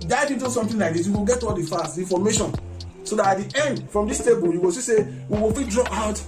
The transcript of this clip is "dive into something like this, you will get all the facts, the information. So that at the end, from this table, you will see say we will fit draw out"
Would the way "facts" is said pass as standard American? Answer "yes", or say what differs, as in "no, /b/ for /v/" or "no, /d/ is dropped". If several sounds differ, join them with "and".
no, /k/ is dropped